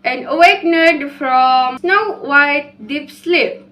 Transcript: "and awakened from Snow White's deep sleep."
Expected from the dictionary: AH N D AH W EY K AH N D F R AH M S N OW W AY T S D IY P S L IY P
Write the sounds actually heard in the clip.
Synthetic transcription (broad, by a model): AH N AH W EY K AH D F R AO M S N OW W AY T D IY P S L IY P